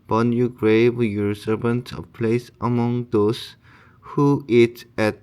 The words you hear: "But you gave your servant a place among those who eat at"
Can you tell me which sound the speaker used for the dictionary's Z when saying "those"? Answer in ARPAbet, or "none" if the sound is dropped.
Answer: S